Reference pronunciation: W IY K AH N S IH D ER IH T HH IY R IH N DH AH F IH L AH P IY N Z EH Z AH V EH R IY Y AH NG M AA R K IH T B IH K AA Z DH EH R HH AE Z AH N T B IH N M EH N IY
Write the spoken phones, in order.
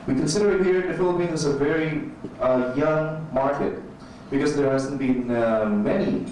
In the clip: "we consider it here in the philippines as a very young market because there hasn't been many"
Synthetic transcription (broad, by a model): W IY K AH N S IH D ER IH T HH IY R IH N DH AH F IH L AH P IY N AH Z AH V EH R IY Y AH NG M AA R K IH T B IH K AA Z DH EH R HH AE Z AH N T B IH N M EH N IY